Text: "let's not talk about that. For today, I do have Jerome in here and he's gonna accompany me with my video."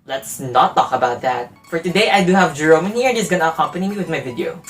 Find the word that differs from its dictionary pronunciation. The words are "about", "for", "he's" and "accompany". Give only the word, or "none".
he's